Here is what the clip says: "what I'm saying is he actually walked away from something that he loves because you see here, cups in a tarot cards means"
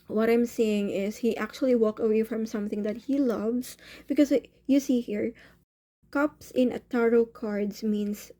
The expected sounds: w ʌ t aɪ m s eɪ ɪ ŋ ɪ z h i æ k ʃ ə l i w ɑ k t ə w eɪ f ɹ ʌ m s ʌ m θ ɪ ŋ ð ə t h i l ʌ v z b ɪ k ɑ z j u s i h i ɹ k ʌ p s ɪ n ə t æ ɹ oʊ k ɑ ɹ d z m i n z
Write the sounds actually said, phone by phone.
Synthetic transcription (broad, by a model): w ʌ t aɪ m s eɪ ɪ ŋ ɪ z h i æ k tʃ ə l i w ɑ k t ə w eɪ f ɹ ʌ m s ʌ m θ ɪ ŋ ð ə t h i l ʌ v s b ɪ k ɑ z j u s i h i ɹ k ʌ p s ɪ n ə t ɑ ɹ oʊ k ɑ ɹ d s m i n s